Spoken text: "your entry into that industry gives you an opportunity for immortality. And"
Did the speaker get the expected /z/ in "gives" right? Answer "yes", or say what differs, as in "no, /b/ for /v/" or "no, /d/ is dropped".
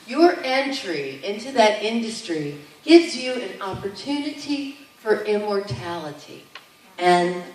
yes